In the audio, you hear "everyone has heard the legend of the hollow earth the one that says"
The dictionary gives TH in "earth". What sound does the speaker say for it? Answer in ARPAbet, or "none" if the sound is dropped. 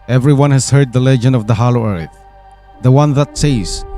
TH